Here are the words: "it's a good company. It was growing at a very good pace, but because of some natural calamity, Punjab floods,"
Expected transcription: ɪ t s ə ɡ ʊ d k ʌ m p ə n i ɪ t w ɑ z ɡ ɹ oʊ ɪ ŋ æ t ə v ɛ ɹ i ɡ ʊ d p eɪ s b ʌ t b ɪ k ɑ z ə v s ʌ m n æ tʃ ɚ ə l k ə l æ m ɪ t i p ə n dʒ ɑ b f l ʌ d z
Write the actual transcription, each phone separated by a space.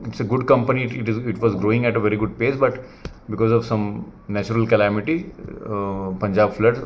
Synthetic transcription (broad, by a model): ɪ t s ə ɡ ʊ d k ʌ m p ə n i ɪ t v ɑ z ɡ ɹ oʊ ɪ ŋ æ t ə v ɛ ɹ i ɡ ʊ d p eɪ s b ʌ t b ɪ k ɑ z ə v s ʌ m n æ tʃ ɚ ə l k ə l æ m ɪ t i p ə n dʒ ɑ b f l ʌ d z